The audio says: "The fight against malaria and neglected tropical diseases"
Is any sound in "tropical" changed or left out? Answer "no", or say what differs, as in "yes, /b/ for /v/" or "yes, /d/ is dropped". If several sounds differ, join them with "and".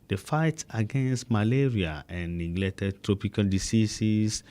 no